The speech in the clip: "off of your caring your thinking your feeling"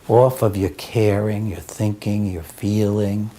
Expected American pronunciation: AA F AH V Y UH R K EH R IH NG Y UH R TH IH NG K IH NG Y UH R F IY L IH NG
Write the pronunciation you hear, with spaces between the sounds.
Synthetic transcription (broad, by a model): AA F AH V Y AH R K EH R IH NG Y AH R TH IH NG K IH NG Y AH R F IY L IH NG